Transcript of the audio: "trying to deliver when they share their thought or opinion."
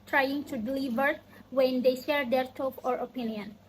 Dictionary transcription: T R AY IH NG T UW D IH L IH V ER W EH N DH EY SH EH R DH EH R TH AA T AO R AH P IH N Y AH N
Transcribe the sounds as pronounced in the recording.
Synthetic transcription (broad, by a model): T R AY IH NG T UW D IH L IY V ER W EH N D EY SH EH R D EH R T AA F AO R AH P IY N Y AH N